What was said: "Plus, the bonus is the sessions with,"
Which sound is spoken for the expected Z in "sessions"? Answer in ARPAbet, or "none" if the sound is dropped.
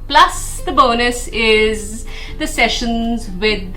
Z